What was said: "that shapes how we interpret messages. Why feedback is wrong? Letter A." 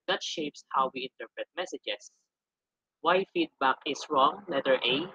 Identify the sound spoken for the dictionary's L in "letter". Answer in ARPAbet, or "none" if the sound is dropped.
W